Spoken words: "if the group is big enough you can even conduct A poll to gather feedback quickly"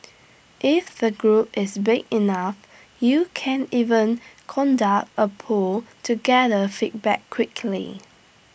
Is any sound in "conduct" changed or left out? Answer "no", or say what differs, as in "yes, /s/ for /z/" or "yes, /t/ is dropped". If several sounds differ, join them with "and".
no